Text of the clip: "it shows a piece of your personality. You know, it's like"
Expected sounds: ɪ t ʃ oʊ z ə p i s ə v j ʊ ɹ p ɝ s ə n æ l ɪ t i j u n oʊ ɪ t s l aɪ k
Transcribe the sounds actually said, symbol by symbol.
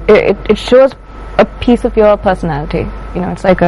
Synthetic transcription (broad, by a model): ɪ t ʃ oʊ z ə p i s ə v j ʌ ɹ p ɝ s ə n æ l ɪ t i j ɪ n oʊ ɪ t s l aɪ k